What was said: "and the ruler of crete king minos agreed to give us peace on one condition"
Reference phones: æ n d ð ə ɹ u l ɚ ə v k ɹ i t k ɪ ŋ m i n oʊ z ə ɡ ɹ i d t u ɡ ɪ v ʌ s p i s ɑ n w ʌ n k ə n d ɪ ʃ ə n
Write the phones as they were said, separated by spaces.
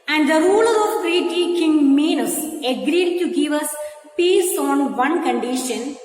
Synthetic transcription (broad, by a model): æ n d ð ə ɹ u l ɚ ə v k ɹ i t k ɪ ŋ m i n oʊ s ə ɡ ɹ i d t u ɡ ɪ v ʌ s p i s ɑ n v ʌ n k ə n d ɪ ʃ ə n